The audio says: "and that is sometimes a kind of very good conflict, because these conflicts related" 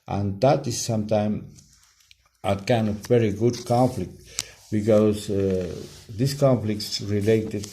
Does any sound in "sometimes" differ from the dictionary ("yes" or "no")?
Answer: yes